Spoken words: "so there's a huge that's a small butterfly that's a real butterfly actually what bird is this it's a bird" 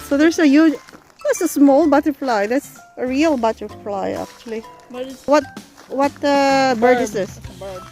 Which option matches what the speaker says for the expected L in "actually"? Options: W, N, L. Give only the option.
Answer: W